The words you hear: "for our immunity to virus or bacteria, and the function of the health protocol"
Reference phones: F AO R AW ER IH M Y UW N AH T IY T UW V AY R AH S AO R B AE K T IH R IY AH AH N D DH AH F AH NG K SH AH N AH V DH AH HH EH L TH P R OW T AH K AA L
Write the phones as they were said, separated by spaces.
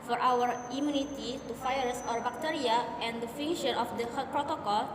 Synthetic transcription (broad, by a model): F AO R AW ER IH M Y UW N AH T IY T UW F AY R S AO R B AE K T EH R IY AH AH N D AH F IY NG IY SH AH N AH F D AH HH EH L P R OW T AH K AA L